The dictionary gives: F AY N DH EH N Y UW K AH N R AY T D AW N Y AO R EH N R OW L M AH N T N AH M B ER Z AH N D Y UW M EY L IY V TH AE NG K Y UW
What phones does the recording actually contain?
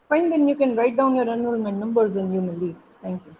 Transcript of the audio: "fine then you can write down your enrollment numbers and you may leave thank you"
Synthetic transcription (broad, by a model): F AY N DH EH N Y UW K AH N R AY T D AW N Y AO R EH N OW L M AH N N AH M B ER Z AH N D Y UW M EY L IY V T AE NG K Y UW